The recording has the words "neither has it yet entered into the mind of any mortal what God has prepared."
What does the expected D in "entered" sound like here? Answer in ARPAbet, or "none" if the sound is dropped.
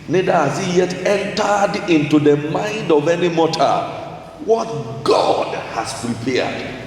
D